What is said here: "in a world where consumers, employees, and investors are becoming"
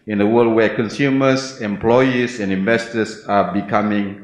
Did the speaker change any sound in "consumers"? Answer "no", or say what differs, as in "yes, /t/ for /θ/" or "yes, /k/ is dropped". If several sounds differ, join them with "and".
yes, /s/ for /z/